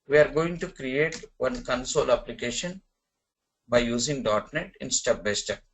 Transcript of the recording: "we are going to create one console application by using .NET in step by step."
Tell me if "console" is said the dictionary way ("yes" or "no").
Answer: yes